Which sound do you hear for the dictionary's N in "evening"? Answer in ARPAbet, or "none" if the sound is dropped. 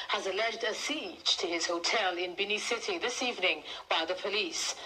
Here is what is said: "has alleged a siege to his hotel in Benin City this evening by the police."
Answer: N